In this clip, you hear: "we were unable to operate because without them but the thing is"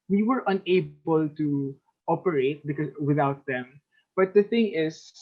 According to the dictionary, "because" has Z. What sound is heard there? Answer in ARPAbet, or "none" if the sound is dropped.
none